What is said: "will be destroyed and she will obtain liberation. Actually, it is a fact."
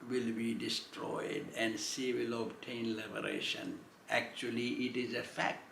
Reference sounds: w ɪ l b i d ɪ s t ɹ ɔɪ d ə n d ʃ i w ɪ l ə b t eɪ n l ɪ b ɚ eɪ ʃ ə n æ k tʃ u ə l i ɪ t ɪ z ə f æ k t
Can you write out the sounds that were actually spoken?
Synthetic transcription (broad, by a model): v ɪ l b i d ɪ s t ɹ ɔɪ d ə n d s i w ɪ l ə b t eɪ n l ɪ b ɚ eɪ ʃ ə n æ k tʃ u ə l i ɪ t ɪ z ə f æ k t